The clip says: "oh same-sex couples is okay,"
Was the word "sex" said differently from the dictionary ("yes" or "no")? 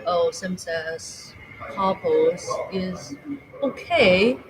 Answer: yes